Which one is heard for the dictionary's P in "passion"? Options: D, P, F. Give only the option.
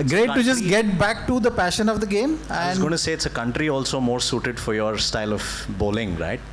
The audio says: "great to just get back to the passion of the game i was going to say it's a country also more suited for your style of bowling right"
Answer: P